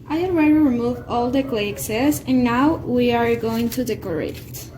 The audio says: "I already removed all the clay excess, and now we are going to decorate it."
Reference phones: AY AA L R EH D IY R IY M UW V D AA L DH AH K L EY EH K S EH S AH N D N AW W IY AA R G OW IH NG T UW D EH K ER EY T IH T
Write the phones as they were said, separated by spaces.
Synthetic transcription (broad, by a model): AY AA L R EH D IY R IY M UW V AA L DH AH K L EY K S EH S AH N N AW W IY AA R G OW IH NG T UW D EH K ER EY IH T